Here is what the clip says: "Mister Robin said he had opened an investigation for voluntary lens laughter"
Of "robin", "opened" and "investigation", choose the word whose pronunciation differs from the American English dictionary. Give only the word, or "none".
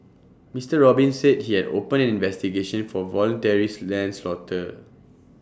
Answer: opened